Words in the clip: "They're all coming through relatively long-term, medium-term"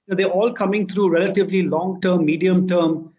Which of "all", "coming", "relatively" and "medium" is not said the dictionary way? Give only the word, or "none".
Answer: none